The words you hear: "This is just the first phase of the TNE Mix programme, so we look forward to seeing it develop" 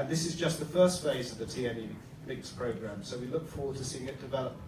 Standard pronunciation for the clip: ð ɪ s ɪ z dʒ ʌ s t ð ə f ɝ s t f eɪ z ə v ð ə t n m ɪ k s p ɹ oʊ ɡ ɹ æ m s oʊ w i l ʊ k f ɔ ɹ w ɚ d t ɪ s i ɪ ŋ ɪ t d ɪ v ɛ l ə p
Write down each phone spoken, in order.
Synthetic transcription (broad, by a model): ð ɪ s ɪ z dʒ ʌ s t ð ə f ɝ s t f eɪ z ə v ð ə t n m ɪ k s p ɹ oʊ ɡ ɹ æ m s oʊ w i l ʊ k f ɔ ɹ w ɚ d t ɪ s i ɪ ŋ ɪ t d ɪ v ɛ l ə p